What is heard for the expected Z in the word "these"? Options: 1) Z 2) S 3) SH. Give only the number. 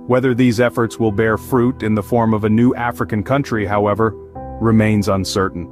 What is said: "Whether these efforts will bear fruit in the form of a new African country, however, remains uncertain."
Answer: 1